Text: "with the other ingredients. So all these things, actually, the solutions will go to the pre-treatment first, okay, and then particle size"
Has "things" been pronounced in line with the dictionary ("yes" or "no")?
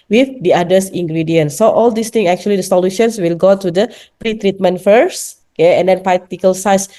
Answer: no